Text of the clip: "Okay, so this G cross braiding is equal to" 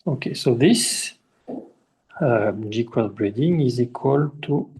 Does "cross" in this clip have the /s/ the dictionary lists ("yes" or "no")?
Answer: no